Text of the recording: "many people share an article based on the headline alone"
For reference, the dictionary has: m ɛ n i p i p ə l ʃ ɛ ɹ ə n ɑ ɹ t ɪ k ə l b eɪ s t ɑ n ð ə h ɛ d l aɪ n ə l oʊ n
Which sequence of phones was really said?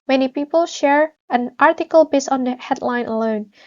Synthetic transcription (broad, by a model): m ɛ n i p i p ə l ʃ ɛ ɹ ə n ɑ ɹ t ɪ k ə l b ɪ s ɑ n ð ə h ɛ d l aɪ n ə l oʊ n